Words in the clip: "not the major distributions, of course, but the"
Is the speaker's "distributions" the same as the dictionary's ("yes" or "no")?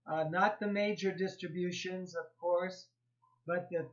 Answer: yes